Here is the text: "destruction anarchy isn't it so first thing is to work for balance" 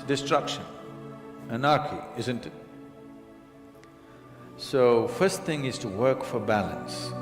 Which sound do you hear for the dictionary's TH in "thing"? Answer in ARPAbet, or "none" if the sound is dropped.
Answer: TH